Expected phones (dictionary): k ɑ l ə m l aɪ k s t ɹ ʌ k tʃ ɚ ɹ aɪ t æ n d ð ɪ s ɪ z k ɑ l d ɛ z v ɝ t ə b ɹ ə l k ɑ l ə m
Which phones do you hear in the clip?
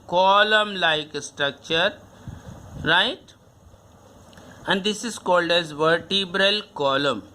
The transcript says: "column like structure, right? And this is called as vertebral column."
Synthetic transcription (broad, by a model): k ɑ l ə m l aɪ k s t ɹ ʌ k tʃ ɚ ɹ aɪ t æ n d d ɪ s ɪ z k ɑ l d ɛ z v ɝ t ə b ɹ ə l k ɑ l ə m